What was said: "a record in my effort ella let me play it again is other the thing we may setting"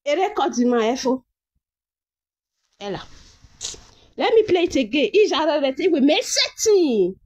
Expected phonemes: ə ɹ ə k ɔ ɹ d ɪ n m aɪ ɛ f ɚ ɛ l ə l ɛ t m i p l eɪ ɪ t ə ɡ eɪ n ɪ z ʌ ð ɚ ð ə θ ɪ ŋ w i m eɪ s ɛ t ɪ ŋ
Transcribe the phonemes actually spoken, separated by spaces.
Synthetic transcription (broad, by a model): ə ɹ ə k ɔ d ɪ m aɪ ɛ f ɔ ɛ l ə l ɛ t m i p l eɪ ɪ t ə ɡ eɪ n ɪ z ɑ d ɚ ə t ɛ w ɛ m eɪ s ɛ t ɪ